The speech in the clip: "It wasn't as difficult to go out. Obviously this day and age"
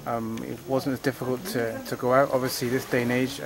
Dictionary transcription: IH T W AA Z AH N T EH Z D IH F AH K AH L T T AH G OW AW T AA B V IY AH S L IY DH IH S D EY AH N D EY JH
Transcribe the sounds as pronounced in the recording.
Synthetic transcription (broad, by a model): IH T W AA Z AH N T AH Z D IH F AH K AH L T T AH G OW AW T AA B V IY AH S L IY DH IH S D EY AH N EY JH